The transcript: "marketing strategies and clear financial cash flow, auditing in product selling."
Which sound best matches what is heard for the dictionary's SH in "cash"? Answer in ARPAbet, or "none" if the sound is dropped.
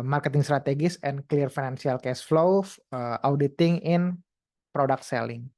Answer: S